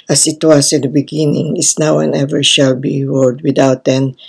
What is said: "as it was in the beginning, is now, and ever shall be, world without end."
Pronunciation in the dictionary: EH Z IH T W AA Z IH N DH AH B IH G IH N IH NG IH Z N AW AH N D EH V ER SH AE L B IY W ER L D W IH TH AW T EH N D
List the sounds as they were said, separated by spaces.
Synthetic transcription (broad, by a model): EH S IH T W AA S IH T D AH B IH G IH N IH NG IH S N AW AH N EH V ER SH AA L B IY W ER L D W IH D AW T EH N